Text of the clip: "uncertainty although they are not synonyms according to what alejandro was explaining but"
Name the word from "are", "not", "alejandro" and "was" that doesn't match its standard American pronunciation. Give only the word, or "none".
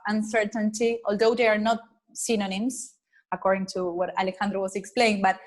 was